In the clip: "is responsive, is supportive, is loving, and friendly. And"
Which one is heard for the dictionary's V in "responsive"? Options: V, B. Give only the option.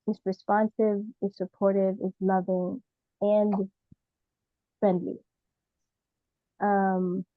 V